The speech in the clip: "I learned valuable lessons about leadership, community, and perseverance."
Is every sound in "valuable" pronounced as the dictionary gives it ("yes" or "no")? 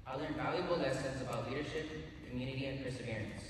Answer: yes